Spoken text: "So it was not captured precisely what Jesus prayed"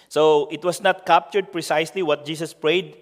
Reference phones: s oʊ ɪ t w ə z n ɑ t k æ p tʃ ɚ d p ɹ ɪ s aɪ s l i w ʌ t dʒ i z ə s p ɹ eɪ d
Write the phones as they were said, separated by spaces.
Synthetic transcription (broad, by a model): s oʊ ɪ t w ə s n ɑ t k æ p tʃ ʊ d p ɹ ɪ s aɪ s l i w ʌ t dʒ i s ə s p ɹ eɪ d